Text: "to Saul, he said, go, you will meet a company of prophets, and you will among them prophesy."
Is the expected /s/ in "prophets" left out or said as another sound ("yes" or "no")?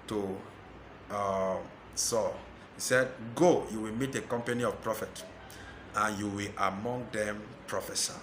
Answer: yes